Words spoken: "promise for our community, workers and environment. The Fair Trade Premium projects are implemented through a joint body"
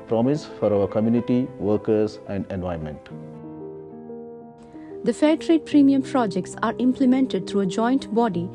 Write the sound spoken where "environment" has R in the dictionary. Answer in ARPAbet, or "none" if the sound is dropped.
none